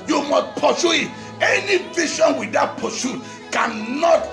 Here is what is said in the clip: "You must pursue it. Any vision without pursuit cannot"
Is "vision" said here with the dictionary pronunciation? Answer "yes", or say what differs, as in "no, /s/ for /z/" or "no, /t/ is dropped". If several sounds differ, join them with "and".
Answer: no, /ʃ/ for /ʒ/